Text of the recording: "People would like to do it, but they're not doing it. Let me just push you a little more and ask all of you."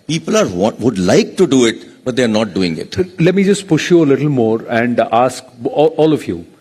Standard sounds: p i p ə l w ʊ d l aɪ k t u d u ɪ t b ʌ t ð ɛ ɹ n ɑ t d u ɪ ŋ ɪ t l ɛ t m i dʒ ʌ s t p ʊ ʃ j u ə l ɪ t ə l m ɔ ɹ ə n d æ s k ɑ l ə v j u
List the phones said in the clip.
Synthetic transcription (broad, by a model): p i p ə l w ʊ d l aɪ k t u d u ɪ t b ʌ t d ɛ ɹ n ɑ t d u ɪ ŋ ɪ t l ɛ t m i dʒ ʌ s t p ʊ ʃ j u ə l ɪ t ə l m ɔ ɹ ə n d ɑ s k ɑ l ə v j u